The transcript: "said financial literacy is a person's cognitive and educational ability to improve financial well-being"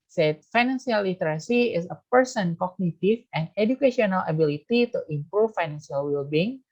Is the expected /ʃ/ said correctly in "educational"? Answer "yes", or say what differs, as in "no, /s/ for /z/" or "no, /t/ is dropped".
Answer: no, /ʃ/ is dropped